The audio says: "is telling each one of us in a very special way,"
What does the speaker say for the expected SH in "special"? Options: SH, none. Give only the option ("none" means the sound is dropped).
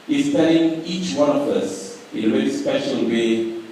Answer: SH